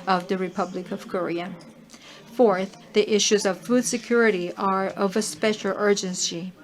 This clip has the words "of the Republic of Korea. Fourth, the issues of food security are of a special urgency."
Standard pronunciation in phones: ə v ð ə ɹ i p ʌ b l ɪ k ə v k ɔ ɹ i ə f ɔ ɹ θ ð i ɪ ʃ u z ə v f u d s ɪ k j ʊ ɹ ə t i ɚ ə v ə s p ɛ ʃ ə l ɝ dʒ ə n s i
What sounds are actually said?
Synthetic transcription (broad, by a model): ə v ð ə ɹ i p ʌ b l ɪ k ə v k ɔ ɹ i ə f ɔ ɹ θ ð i ɪ ʃ u z ə v f u d s ɪ k j ʊ ɹ ə t i ɚ ə v ə s p ɛ ʃ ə l ɝ dʒ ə n s i